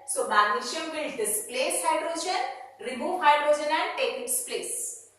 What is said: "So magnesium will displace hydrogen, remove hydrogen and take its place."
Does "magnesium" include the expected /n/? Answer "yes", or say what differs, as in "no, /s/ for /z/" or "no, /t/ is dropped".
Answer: no, /n/ is dropped